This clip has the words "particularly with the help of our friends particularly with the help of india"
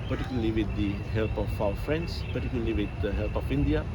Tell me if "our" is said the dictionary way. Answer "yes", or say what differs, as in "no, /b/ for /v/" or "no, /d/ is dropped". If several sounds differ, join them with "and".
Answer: no, /w/ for /ɹ/